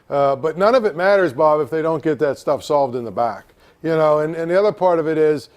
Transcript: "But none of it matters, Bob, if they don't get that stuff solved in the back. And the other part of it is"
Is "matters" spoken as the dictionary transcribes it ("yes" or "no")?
yes